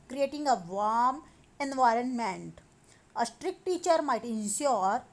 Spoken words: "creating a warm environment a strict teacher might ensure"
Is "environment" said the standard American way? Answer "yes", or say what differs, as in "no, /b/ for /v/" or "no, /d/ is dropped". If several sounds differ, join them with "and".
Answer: yes